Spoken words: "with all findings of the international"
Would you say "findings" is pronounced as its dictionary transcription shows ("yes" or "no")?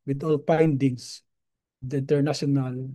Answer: no